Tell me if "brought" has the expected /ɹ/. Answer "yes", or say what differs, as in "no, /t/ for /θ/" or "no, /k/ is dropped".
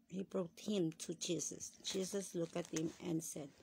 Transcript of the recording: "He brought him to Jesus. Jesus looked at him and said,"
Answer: yes